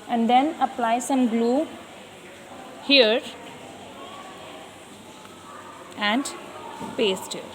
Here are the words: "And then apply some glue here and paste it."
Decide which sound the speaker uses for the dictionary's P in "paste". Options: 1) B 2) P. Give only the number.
2